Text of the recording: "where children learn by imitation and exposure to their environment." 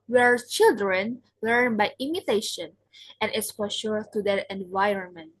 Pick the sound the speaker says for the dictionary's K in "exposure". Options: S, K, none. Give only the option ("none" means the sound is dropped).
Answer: none